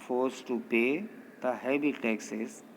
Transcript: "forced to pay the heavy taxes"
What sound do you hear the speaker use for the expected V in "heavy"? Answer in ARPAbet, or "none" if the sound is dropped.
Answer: B